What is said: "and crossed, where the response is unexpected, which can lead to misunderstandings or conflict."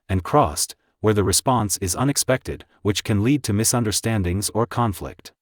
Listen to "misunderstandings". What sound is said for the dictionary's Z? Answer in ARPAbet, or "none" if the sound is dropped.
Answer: Z